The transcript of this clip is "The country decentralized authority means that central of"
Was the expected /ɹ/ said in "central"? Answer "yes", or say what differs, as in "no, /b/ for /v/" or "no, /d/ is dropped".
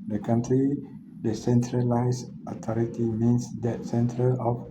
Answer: yes